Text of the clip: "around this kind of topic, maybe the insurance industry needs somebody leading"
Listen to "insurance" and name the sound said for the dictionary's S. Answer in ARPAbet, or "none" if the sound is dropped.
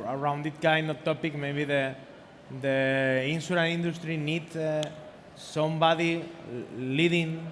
none